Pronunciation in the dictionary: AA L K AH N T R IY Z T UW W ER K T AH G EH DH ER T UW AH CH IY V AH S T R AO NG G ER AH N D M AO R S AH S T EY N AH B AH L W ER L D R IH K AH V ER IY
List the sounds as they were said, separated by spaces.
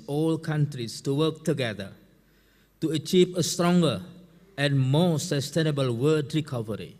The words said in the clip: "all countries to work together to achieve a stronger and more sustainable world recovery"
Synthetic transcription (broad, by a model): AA L K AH N T R IY S T UW W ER K T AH G EH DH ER T UW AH CH IY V AH S T R AO NG G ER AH N M AO S AH S T EY N AH B AH L W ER D R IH K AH V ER IY